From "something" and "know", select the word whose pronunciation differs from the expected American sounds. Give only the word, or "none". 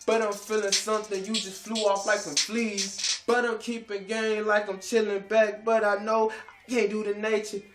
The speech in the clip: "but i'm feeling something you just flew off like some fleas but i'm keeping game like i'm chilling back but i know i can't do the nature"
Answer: none